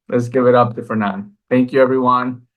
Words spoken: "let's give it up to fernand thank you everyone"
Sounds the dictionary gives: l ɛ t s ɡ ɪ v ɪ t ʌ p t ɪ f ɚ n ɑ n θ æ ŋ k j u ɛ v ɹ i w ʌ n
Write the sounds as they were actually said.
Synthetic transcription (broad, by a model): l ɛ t s ɡ ɪ v ɪ t ʌ p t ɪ f ɚ n ɑ n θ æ ŋ k j u ɛ v ɹ i w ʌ n